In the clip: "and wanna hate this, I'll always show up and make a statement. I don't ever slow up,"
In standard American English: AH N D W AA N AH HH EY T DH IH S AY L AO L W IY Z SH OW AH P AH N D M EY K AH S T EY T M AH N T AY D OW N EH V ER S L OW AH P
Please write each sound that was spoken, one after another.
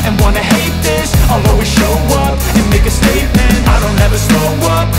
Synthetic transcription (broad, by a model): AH N W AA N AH HH EY T DH IH S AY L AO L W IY SH OW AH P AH N M EY K AH S T EY T M AH N T AY D OW N EH V ER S OW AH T